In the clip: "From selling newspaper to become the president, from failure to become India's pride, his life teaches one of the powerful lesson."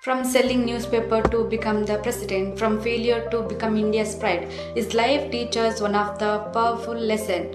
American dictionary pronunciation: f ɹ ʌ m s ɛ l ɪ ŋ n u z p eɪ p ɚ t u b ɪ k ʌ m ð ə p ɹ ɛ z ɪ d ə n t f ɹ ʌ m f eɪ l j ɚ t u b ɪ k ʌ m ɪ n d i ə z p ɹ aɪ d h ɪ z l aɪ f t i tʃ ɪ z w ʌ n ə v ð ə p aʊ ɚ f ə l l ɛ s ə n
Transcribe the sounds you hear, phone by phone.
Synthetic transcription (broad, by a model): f ɹ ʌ m s ɛ l ɪ ŋ n u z p eɪ p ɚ t u b ɪ k ʌ m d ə p ɹ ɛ s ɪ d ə n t f ɹ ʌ m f eɪ l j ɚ t u b ɪ k ʌ m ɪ n d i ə s p ɹ aɪ d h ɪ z l aɪ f t i tʃ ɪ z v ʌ n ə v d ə p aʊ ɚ f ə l l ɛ s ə n